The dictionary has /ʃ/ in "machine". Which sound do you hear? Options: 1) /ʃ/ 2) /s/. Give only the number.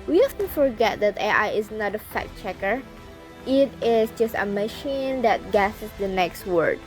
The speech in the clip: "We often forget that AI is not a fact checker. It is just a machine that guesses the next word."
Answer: 1